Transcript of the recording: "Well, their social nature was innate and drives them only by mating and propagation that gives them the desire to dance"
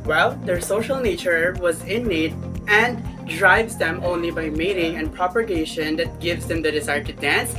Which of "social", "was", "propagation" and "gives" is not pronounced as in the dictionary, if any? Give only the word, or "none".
none